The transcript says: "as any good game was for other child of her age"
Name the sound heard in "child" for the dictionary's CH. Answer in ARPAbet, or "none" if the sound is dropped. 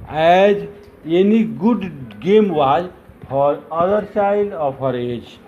S